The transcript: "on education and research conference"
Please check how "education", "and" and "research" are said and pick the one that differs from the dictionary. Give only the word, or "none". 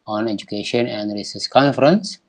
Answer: research